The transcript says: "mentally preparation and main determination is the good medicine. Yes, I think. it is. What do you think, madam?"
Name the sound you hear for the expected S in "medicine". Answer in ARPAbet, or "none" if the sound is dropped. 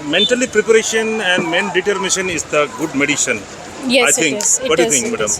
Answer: SH